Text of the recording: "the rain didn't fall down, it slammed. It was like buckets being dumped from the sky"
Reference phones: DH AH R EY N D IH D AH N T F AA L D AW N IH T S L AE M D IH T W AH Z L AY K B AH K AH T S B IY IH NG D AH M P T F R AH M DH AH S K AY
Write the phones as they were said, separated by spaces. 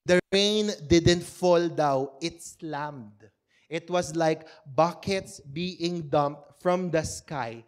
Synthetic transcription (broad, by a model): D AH R EY N D IH D AH N T F AA L D AW IH T S L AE M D IH T W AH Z L AY K B AH K AH T S B IY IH NG D AH M P T F R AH M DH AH S K AY